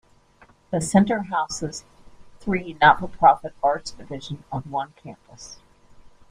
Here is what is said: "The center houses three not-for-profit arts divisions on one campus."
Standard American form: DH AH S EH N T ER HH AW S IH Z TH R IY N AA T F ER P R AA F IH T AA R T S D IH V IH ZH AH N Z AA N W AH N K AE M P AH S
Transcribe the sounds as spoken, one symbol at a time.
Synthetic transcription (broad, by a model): DH AH S EH N T ER HH AW S IH Z TH R IY N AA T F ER P R AA F IH T AA R T S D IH V IH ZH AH N AH N W AH N K AE M P AH S